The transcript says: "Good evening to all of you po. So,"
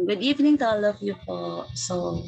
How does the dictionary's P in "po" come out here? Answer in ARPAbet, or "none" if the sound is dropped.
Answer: F